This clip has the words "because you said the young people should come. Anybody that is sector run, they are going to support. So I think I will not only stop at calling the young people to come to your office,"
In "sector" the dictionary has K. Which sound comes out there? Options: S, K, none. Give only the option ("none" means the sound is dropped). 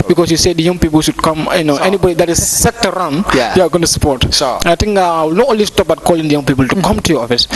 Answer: none